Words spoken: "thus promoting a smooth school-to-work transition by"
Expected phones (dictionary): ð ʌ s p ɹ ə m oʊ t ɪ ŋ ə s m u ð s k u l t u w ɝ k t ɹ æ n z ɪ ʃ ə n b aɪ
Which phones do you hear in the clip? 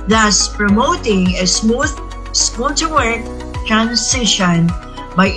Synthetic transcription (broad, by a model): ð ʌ s p ɹ ə m oʊ t ɪ ŋ ə s m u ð s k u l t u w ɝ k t ɹ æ n s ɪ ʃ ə n b aɪ